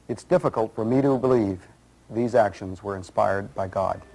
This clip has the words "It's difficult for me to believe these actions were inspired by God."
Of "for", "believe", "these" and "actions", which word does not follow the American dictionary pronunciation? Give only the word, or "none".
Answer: none